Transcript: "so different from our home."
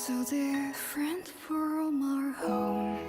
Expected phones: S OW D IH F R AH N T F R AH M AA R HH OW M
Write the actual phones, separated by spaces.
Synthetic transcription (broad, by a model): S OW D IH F R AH N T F R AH M AA R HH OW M